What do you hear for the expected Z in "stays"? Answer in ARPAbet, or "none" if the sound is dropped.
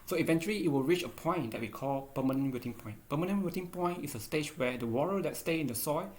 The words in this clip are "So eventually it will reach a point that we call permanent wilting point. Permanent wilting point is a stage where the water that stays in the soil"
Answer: none